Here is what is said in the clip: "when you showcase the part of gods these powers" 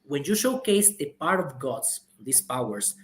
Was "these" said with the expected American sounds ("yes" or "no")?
no